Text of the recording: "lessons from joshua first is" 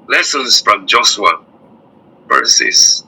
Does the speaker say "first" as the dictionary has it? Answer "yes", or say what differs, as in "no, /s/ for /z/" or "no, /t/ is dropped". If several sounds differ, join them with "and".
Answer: no, /t/ is dropped